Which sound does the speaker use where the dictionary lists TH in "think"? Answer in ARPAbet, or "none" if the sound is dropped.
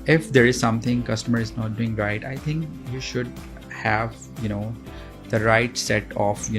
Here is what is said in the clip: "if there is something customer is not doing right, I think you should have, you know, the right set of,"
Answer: T